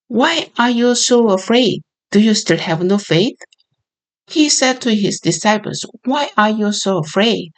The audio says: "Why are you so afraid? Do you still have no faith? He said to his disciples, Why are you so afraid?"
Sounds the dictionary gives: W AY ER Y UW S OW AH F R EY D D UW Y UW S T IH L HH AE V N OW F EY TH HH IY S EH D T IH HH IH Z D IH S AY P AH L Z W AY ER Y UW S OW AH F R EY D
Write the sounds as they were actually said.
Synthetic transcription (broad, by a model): W AY ER Y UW S OW AH F R EY D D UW Y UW S T IH L HH AE V N OW F EY TH HH IY S EH D T IH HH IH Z D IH S AY P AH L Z W AY ER Y UW S OW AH F R EY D